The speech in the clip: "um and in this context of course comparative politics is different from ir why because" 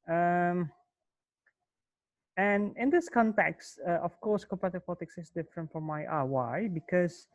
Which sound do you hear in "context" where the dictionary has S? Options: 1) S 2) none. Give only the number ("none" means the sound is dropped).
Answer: 1